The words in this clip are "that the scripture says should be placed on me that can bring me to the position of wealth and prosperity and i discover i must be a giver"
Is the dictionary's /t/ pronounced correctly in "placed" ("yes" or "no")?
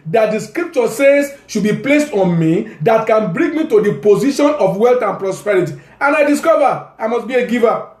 yes